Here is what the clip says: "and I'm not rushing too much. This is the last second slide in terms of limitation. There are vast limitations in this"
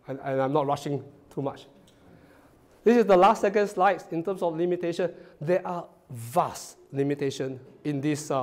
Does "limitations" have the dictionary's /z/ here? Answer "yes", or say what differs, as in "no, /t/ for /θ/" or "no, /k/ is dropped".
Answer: no, /z/ is dropped